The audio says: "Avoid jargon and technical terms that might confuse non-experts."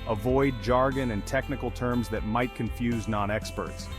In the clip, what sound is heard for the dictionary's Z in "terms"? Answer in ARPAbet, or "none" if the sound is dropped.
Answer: Z